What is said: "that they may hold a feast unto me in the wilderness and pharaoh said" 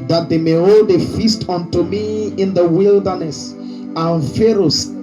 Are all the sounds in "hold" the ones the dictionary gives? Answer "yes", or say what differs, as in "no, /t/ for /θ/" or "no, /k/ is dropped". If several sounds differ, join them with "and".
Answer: yes